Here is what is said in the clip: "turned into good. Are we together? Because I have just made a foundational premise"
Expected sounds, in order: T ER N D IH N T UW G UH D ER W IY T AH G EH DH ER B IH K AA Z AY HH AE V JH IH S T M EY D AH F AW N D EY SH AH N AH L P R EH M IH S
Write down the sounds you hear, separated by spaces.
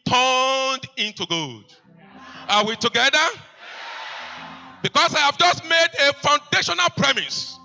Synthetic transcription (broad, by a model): T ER N D IH N T UW G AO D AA W IY T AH G EH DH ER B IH K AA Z AY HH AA V JH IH S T M EY D AH F AW N D EY SH AH N AH L P R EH M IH S